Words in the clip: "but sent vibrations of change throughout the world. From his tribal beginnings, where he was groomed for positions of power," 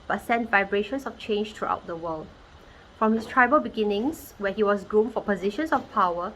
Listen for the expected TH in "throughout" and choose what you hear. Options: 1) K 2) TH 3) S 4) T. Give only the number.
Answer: 4